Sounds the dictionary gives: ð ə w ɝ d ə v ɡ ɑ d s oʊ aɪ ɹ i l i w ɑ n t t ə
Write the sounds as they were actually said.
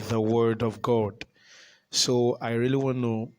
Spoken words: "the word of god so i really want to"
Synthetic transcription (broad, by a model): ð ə w ɝ d ə v ɡ ɑ d s oʊ aɪ ɹ i l i w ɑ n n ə